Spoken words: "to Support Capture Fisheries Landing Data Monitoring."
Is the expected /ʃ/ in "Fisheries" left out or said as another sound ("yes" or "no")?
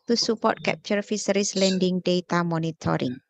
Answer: yes